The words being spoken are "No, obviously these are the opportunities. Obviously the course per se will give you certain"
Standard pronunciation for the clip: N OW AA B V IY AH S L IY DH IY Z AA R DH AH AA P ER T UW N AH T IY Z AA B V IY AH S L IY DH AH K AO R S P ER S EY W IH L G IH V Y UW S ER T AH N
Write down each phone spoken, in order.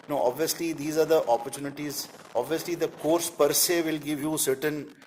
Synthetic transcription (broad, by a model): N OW AA B V IY AH S L IY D IY Z AA R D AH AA P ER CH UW N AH T IY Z AA B V IY AH S L IY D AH K AO R S P ER S EY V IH L G IH V Y UW S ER T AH N